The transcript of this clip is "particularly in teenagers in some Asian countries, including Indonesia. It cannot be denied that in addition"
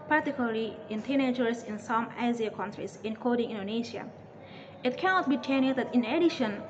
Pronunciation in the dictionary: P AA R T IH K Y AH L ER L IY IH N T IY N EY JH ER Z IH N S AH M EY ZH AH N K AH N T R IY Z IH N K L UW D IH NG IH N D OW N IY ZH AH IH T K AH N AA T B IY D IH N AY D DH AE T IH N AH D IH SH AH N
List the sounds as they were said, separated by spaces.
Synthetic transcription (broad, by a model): P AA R T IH K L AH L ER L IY IH N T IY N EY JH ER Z IH N S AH M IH Z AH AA K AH N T R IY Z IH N K AO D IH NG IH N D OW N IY SH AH IH T K AH N AA T B IY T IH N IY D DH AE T IH N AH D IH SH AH N